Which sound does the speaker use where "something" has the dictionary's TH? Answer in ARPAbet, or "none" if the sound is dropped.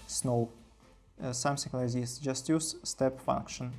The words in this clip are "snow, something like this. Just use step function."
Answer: S